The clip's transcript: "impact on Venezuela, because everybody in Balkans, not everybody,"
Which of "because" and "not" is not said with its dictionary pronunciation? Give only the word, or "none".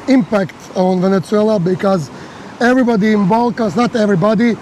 none